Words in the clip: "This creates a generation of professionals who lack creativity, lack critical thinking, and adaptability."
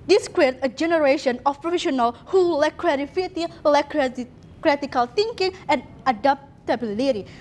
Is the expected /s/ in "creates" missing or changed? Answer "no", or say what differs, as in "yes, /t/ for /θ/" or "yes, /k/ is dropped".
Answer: yes, /s/ is dropped